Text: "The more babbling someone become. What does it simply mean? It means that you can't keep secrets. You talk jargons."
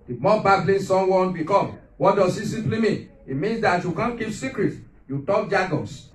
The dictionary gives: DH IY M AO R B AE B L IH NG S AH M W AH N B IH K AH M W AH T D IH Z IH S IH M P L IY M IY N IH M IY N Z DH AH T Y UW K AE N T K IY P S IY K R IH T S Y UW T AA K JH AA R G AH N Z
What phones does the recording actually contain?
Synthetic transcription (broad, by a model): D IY M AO B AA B L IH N S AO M W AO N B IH K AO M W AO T D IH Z IH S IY P L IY M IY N IH M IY N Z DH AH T Y UW K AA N K IY P S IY K R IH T Y UW T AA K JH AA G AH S